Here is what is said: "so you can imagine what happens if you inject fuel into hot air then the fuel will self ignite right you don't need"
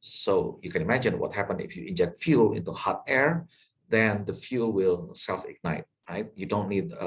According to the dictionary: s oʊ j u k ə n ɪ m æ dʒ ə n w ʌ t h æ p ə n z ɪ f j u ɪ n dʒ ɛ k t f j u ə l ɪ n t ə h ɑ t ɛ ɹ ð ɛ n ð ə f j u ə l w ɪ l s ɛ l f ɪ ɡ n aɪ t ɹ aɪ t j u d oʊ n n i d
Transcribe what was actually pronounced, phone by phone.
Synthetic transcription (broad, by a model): s oʊ j u k ə n ɪ m æ dʒ ə n w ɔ t h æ p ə n ɪ f j u ɪ n dʒ ɛ k t f j u l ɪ n t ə h ɑ t ɛ ɹ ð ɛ n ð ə f j u l w ɪ l s ɛ l f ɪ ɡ n aɪ t ɹ aɪ t j u d oʊ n n i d